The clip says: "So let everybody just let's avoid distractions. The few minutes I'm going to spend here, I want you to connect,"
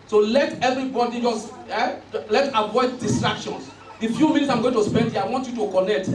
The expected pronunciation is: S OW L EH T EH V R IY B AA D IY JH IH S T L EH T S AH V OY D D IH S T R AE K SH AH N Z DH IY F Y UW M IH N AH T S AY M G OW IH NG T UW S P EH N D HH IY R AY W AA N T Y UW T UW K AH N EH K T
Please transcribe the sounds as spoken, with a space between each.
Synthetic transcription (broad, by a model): S OW L EH T EH V R IY B AA D IY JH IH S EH L EH T AH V OY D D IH S T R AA K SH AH N S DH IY F Y UW M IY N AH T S AY M G OW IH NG T UW S P EH N D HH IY AY W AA N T Y UW T UW K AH N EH K T